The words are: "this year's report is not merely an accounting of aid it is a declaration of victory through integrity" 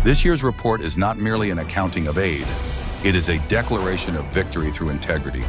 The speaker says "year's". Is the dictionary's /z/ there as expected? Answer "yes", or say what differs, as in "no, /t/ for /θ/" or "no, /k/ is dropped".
yes